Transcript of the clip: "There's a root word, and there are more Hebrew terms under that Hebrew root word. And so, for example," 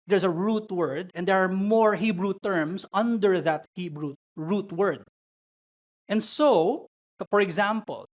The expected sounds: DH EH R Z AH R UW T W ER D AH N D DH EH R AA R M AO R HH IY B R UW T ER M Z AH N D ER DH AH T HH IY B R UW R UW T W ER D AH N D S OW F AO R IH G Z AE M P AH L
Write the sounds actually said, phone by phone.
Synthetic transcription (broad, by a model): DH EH R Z AH R UW T W ER D AH N D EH R AA R M AO R HH IY B R UW T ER M S AH N D ER DH AH T HH IY B R UW R UW T W ER D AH N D S OW F AO R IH G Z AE M P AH L